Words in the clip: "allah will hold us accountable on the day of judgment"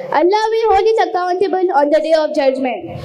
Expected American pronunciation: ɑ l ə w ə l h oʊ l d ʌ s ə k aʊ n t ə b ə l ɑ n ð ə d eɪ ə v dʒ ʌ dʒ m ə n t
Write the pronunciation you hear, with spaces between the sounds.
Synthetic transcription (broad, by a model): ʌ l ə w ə h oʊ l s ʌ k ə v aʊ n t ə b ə n ɑ n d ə d eɪ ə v dʒ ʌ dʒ m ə n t